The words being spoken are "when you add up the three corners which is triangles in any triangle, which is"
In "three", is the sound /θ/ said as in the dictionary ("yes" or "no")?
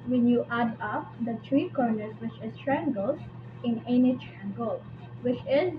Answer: no